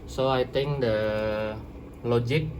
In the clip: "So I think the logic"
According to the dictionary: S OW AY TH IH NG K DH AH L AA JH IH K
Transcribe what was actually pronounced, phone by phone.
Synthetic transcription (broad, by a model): S OW AY T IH NG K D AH L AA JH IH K